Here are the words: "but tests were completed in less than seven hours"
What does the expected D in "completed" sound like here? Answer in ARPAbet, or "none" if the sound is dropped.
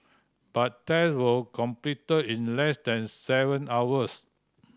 none